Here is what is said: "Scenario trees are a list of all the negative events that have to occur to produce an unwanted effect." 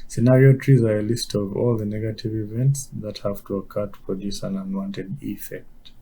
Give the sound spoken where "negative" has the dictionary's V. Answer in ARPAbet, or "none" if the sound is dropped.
V